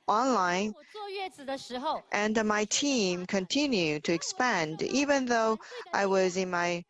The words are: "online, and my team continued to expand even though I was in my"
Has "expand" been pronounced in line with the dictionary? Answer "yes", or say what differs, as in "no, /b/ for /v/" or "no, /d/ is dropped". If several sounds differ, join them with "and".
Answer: yes